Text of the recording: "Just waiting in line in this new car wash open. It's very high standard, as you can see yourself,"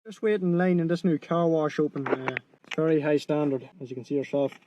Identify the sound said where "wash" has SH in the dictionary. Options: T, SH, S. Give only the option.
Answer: SH